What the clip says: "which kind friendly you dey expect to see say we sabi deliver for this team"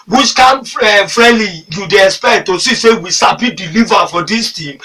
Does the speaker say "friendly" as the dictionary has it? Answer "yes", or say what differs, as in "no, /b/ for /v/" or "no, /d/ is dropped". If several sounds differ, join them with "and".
no, /n/ is dropped